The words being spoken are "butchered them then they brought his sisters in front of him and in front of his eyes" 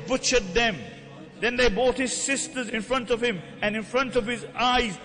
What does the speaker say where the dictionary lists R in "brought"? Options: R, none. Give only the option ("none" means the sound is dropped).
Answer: none